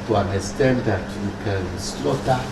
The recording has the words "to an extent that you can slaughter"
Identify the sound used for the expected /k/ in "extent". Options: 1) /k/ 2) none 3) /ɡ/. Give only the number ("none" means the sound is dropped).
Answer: 2